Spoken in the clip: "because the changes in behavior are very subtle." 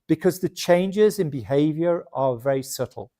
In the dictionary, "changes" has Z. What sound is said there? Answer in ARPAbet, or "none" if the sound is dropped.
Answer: Z